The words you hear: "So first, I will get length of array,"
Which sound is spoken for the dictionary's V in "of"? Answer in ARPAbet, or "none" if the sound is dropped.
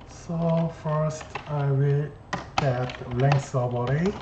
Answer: B